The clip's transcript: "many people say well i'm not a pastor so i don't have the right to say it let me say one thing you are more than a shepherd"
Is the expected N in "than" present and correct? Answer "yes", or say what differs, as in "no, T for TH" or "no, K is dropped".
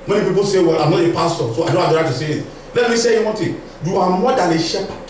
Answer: no, L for N